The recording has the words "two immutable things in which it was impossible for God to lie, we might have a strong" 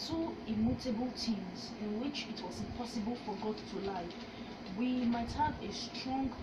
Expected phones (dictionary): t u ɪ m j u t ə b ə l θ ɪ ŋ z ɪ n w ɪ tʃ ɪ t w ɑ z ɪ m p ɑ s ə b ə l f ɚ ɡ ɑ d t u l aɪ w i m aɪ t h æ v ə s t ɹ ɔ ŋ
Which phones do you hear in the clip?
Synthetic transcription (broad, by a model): t u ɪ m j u t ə b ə l t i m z ɪ n w ɪ tʃ ɪ t w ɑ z ɪ m p ɑ s ə b ə l f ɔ ɡ ɑ d t u l aɪ w i m aɪ t h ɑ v ə s t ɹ ɔ ŋ